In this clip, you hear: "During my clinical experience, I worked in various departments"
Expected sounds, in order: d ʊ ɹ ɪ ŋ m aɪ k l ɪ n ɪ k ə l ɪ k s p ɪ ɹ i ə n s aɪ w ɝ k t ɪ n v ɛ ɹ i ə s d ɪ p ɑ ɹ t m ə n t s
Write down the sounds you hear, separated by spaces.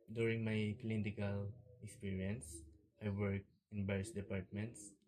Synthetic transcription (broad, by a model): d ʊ ɹ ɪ ŋ m aɪ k l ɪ n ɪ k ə l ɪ k s p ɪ ɹ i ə n s aɪ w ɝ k ɪ n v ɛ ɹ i s d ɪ p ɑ ɹ t m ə n t s